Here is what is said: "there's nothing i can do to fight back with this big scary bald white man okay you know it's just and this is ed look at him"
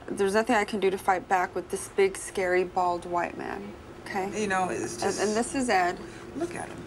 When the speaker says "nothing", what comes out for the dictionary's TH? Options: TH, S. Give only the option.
TH